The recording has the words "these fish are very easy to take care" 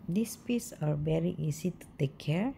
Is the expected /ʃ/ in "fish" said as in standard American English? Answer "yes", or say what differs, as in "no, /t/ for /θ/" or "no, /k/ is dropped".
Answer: no, /s/ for /ʃ/